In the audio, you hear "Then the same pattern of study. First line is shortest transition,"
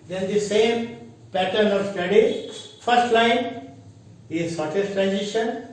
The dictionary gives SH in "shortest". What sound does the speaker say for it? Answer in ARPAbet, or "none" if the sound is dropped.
S